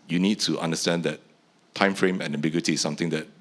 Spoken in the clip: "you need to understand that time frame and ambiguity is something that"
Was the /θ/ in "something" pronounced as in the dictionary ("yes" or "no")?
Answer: no